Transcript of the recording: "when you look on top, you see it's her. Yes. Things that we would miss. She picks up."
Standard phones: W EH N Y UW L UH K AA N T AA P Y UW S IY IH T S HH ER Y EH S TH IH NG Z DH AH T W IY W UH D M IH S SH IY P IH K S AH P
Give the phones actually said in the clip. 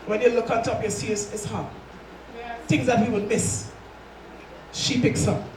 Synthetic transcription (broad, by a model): W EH N Y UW L UH K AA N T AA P Y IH S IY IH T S HH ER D TH IH NG Z DH AH T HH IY W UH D M IH S SH IY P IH K S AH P